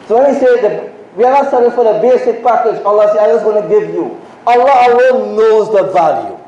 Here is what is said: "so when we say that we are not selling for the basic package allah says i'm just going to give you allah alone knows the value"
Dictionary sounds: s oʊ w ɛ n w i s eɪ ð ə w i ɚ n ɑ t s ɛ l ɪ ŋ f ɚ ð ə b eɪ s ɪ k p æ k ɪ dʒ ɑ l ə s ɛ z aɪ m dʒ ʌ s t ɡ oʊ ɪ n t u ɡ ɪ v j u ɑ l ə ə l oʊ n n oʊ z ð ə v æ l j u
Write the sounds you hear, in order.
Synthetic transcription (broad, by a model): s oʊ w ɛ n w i s eɪ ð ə w i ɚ n ɑ t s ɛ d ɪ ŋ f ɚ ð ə b eɪ s ɪ k p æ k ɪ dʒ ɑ l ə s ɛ aɪ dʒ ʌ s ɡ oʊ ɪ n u ɡ ɪ v j u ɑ l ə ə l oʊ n n oʊ z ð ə v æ l j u